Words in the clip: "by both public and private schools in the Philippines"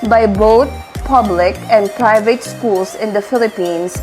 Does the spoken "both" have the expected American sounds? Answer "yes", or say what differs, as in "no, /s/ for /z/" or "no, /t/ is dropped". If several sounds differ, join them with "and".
no, /t/ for /θ/